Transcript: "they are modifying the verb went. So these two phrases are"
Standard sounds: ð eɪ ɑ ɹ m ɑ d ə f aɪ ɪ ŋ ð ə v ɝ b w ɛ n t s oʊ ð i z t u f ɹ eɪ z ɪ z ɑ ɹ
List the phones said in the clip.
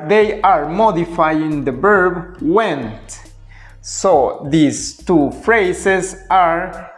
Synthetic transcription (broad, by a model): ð eɪ ɑ ɹ m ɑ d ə f aɪ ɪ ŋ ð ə b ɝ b w ɛ n t s oʊ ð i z t u f ɹ eɪ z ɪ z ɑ ɹ